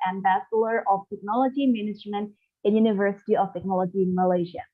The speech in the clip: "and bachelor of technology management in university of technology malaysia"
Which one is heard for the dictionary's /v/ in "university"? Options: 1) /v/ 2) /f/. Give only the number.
1